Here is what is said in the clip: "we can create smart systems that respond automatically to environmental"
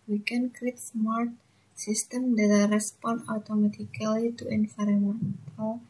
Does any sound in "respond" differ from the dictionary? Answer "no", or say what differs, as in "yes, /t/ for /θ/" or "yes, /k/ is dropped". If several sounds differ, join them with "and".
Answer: yes, /d/ is dropped